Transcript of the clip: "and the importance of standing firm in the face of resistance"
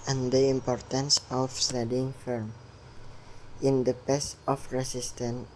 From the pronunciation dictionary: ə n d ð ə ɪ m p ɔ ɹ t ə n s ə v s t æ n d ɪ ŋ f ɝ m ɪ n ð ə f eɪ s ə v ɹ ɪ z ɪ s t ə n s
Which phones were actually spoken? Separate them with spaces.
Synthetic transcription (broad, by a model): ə n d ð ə ɪ m p ɔ ɹ t ə n s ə f s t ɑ d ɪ ŋ f ɝ m ɪ n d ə p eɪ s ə f ɹ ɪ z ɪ s t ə n